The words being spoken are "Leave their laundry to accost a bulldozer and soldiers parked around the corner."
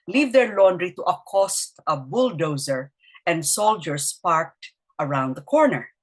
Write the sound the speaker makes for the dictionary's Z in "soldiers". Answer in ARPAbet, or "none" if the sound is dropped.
S